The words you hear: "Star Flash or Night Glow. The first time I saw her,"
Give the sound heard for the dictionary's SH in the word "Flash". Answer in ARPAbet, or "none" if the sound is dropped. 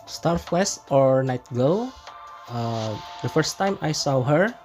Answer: S